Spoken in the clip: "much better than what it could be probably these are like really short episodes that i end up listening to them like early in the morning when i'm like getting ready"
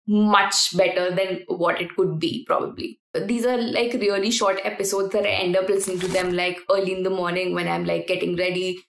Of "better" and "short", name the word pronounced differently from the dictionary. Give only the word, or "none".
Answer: none